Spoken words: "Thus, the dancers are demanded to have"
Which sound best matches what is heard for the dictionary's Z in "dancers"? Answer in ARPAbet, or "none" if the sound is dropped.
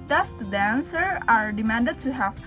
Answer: none